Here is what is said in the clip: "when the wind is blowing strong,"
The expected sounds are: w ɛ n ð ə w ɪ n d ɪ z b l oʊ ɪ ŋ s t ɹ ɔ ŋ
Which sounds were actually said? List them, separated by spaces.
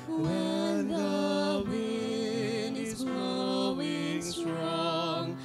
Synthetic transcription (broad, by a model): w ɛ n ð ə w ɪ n ɪ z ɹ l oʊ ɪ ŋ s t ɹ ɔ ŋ